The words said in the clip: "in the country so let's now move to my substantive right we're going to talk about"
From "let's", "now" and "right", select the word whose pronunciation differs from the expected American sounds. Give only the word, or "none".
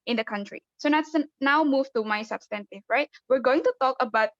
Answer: let's